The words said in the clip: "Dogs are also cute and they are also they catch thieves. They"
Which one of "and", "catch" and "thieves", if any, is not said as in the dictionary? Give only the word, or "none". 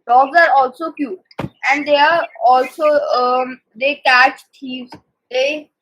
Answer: thieves